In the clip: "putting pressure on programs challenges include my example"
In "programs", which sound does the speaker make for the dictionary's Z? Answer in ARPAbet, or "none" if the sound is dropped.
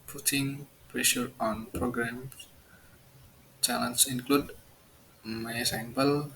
none